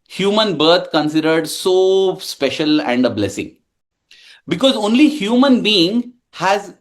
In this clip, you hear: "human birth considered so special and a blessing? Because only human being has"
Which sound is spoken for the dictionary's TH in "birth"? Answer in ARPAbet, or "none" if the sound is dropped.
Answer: T